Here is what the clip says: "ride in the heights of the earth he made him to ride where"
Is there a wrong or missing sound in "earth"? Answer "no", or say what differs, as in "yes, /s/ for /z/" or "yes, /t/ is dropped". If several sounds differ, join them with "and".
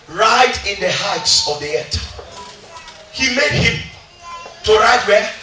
yes, /t/ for /θ/